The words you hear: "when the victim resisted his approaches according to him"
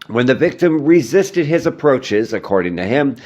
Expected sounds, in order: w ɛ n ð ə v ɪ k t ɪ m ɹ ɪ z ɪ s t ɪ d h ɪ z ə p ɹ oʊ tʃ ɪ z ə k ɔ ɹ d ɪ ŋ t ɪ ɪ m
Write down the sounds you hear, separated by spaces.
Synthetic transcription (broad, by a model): w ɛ n ð ə v ɪ k t ɪ m ɹ ɪ z ɪ s t ɪ d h ɪ z ə p ɹ oʊ tʃ ɪ z ə k ɔ ɹ d ɪ ŋ t ɪ ɪ m